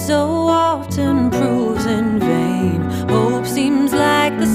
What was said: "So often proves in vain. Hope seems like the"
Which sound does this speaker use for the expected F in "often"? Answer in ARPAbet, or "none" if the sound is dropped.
none